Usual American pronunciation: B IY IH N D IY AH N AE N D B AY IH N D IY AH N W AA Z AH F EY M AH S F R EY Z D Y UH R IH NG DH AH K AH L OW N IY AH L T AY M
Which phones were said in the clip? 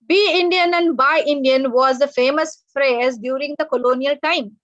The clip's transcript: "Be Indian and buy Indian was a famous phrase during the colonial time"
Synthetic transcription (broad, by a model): B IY IH N D IY AH N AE N D B AY IH N D IY AH N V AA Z AH F EY M AH S F R EY Z D Y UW R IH NG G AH K AH L OW N IY AH L T AY M